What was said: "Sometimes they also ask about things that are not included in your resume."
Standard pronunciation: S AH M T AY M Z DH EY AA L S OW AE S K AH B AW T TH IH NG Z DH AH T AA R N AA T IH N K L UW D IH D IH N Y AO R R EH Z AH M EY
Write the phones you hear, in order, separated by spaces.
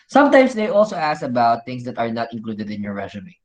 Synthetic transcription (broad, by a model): S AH M T AY M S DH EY AA L S OW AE S AH B AW T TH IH NG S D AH T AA R N AA T IH N K L UW D IH D IH N Y AO R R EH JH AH M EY